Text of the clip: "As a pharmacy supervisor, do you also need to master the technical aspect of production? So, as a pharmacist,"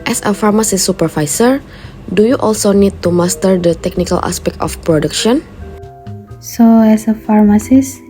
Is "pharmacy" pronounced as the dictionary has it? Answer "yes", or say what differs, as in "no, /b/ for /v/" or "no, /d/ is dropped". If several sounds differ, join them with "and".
yes